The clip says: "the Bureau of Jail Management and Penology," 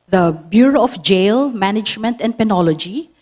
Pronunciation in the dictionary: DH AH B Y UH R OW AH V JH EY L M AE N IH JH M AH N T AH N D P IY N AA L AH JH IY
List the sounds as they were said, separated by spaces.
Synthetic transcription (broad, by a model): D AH B Y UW R OW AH F JH EY L M AE N IH JH M AH N T AH N D P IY N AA L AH JH IY